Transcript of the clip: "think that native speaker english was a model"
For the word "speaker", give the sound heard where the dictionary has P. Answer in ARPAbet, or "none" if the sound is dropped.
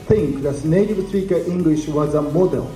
none